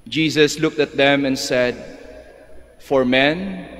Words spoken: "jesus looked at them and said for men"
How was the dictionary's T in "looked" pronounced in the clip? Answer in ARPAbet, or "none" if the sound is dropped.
T